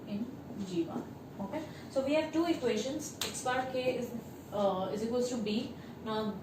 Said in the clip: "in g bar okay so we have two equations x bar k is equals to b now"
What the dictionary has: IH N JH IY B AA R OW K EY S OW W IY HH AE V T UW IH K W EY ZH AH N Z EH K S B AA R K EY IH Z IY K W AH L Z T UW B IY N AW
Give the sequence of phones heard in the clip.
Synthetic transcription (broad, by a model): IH N JH IY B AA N OW K EY S OW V IY HH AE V T UW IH K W EY SH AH N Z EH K S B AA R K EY IH Z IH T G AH Z T UW B IY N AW